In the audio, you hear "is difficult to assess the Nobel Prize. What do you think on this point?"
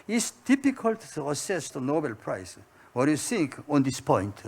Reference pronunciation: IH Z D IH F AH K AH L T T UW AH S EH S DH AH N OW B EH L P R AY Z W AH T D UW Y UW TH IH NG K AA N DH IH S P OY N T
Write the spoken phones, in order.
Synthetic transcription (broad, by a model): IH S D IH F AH K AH L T T UW AH S EH S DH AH N OW B EH L P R AY S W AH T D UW Y UW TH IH NG K AA N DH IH S P OY N T